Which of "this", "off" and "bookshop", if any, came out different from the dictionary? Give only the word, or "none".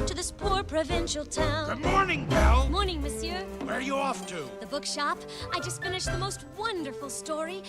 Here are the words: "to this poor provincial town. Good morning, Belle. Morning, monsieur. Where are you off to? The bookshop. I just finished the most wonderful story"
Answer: none